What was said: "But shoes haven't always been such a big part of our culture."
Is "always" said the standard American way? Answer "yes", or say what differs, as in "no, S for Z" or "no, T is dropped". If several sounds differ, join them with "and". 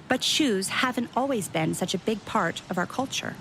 yes